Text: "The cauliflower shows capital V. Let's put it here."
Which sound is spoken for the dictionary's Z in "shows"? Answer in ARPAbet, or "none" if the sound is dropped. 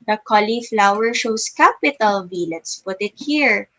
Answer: S